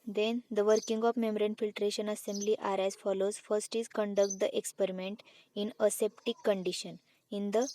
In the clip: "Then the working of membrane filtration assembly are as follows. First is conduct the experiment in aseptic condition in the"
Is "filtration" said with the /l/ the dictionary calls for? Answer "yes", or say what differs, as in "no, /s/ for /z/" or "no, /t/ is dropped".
yes